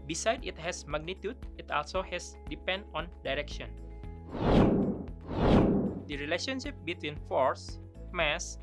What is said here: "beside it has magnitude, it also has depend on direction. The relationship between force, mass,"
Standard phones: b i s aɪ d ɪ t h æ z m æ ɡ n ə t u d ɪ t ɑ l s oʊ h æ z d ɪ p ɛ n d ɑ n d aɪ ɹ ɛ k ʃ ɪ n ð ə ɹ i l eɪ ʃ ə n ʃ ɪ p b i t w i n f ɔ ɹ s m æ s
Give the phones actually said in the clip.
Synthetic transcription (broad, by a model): b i s aɪ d ɪ t h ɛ s m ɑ ɡ n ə t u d ɪ t ɑ l s oʊ h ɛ s d ɪ p ɛ n d ɑ n d aɪ ɹ ɛ k ʃ ɪ n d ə ɹ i l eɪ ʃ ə n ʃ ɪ p b i t w i n f ɔ ɹ s m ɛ s